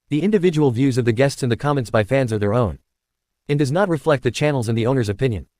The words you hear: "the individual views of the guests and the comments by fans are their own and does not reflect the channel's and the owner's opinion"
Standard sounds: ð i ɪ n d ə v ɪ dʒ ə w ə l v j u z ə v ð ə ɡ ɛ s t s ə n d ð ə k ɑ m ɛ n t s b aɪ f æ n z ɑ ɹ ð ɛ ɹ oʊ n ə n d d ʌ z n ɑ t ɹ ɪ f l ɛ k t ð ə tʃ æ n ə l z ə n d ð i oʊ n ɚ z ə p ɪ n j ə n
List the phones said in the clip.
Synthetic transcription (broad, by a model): ð i ɪ n d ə v ɪ dʒ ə w l v j u z ə v ð ə ɡ ɛ s t s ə n ð ə k ɑ m ɛ n t s b aɪ f æ n z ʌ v ð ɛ ɹ oʊ n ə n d d ʌ z n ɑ t ɹ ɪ f l ɛ k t ð ə tʃ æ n l z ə n ð i oʊ n ɚ z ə p ɪ n j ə n